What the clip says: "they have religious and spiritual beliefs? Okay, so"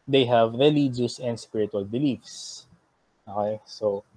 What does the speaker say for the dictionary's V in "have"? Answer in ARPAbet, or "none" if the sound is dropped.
V